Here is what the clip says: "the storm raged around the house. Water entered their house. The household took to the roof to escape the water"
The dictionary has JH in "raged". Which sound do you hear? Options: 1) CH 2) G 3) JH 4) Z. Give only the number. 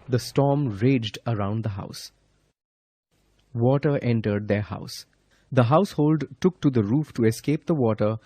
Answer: 3